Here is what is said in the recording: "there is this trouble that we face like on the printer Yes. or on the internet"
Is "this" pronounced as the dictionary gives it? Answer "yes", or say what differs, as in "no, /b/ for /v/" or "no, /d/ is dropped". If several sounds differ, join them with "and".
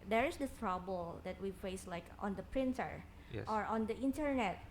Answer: no, /s/ is dropped